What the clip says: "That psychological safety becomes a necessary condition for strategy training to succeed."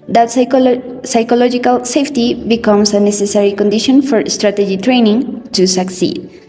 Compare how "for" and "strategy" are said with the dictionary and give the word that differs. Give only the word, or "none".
none